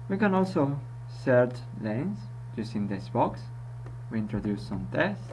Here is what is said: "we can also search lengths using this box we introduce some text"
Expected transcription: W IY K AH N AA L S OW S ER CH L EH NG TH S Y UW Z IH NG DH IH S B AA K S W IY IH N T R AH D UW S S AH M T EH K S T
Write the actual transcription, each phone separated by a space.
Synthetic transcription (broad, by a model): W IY K AH N AA L S OW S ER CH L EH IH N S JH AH S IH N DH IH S B AA K S W IY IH N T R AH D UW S S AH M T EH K S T